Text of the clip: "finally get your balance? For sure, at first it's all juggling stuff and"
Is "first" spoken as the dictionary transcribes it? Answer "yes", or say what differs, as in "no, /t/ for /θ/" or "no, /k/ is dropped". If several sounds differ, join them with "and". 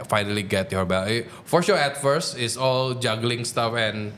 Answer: no, /t/ is dropped